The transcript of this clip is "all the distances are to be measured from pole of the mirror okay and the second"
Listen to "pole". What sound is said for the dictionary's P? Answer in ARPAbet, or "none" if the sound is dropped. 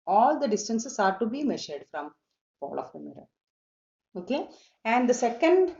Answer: F